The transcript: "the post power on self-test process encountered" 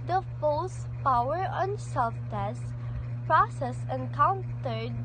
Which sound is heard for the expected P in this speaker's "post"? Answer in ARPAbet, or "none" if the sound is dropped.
F